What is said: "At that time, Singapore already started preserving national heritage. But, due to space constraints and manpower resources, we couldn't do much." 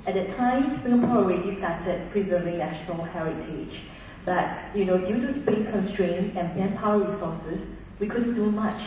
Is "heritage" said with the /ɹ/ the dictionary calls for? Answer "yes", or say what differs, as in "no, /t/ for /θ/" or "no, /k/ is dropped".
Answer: yes